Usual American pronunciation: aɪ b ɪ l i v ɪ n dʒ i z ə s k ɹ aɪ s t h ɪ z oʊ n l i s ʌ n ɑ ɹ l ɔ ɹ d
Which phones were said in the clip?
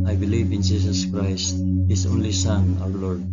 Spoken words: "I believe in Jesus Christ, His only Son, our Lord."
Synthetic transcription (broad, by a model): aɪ b ɪ l i v ɪ n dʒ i s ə s k ɹ aɪ s t h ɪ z oʊ n l i s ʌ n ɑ w l ɔ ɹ d